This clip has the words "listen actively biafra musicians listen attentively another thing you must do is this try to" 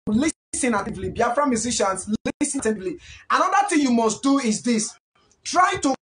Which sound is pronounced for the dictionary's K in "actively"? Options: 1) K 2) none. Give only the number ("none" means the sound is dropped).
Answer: 2